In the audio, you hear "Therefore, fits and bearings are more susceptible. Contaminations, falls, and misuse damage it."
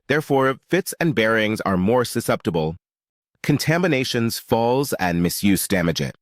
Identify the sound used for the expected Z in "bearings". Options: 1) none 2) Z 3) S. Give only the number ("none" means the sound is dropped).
2